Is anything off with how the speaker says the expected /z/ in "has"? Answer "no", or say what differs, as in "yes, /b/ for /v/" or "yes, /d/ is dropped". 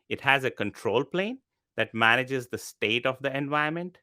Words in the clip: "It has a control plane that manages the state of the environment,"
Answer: no